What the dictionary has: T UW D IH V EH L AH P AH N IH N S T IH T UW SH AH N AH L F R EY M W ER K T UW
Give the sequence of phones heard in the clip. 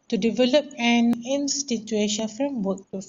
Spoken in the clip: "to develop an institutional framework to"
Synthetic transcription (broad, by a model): T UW D IH V EH L AH P AH N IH N S T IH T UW AH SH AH N F R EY M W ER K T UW